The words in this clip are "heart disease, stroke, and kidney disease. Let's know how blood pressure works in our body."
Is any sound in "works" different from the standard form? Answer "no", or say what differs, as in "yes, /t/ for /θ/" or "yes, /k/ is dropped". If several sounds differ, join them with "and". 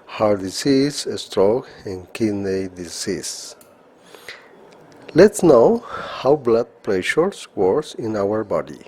yes, /k/ is dropped